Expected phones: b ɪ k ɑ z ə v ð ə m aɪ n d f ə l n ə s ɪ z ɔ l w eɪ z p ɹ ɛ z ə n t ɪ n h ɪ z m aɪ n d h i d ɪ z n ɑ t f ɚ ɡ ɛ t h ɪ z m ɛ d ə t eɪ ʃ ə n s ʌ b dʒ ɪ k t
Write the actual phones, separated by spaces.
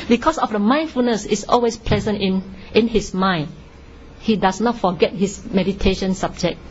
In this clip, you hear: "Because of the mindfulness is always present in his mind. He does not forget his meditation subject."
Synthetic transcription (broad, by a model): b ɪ k ɑ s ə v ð ə m aɪ n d f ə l n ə s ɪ s ɔ l w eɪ s p l ɛ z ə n t ɪ n h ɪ s m aɪ n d h i d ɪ s n ɑ t f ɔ ɡ ɛ t h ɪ s m ɛ d ə t eɪ ʃ ə n s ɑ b dʒ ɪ k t